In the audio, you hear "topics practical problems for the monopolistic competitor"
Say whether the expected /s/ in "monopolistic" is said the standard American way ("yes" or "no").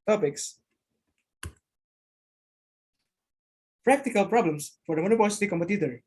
no